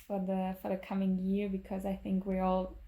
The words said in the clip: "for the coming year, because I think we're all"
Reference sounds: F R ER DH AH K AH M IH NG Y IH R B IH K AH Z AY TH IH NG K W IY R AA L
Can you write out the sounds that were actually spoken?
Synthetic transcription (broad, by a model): F R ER DH AH K AH M IH NG Y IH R B IH K AH Z AY TH IH NG K W IY R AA L